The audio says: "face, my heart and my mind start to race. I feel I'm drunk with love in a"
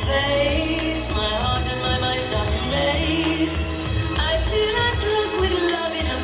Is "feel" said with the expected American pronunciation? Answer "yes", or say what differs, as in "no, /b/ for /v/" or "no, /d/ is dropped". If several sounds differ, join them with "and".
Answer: no, /n/ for /l/